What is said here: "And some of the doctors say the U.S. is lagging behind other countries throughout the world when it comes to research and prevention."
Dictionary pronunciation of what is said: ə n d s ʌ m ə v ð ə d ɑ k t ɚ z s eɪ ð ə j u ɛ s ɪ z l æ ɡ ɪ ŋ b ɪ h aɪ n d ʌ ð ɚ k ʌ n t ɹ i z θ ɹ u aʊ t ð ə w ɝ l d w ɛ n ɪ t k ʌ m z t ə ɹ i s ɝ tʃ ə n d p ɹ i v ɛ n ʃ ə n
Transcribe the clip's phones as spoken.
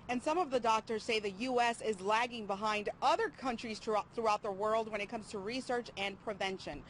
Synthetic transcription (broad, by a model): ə n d s ʌ m ə v ð ə d ɑ k t ɚ z s eɪ ð ə j u ɛ s ɪ z l æ ɡ ɪ ŋ b ɪ h aɪ n d ʌ ð ɚ k ʌ n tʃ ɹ i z θ ɹ u aʊ t ð ə w ɝ l d w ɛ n ɪ t k ʌ m z t ə ɹ i s ɝ tʃ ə n p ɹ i v ɛ n ʃ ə n